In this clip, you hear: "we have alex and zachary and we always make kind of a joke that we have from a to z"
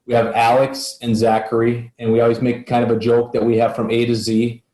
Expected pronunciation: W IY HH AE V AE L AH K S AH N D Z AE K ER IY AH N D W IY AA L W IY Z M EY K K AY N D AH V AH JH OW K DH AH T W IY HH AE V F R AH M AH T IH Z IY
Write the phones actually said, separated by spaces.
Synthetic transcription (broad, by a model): W IY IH V AE L AH K S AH N Z AE K ER IY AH N W IY AA L W IY Z M EY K K AY N D AH V AH JH OW K DH AH T W IY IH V F R AH M AH T IH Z IY